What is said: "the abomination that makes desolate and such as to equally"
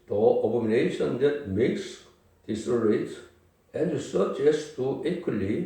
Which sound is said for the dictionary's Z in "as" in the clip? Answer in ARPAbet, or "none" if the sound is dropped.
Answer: S